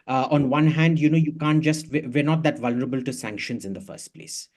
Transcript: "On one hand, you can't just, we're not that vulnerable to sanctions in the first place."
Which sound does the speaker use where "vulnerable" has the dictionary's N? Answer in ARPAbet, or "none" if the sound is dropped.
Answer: N